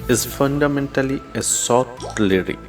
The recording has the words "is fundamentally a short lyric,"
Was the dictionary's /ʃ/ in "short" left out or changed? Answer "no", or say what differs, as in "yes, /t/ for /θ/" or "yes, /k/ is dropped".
yes, /s/ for /ʃ/